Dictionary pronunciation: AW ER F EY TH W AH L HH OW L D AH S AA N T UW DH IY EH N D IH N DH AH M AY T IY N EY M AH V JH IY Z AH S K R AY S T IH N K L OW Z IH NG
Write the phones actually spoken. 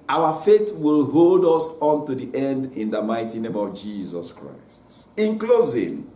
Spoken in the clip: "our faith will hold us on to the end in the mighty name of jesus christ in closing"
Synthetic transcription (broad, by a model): AW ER F EY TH W AH L HH OW L D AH S AA N T UW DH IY EH N D IH N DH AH M AY T IY N EY M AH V JH IY Z AH S K R AY S T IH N K L OW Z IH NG